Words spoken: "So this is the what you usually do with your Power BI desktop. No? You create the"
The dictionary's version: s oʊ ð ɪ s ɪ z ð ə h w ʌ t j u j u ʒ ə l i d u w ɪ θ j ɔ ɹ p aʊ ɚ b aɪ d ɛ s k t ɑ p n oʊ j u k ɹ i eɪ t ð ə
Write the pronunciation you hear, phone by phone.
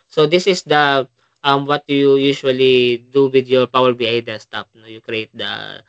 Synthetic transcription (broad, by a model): s oʊ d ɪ s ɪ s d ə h w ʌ t j u j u ʃ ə l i d u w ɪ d j ɔ ɹ p aʊ ɚ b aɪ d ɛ s t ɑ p n oʊ j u k ɹ i eɪ t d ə